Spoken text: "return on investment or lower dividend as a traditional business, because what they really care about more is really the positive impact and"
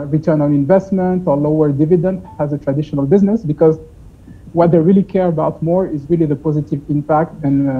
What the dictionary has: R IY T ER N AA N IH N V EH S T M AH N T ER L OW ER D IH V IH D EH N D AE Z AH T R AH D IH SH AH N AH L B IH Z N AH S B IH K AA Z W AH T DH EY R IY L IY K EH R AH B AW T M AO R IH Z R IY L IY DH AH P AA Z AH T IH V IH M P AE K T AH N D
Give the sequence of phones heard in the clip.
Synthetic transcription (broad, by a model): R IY T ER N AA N IH N V EH S T M AH N T ER L OW ER D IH V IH D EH N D AE Z AH T R AH D IH SH AH N AH L B IH Z N AH S B IH K AA Z W AH T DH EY R IY L IY K EH R AH B AW T M AO R IH Z R IY L IY DH AH P AA Z AH T IH V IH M P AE K T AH N